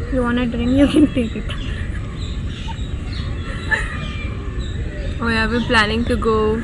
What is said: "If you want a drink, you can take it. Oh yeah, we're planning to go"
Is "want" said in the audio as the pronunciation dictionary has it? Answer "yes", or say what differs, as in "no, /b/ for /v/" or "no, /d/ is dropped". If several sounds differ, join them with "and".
no, /t/ is dropped